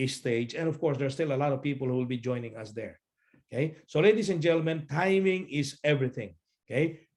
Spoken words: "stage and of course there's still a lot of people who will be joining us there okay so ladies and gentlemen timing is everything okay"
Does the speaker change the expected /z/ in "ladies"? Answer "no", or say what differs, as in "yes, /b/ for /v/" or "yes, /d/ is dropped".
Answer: yes, /s/ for /z/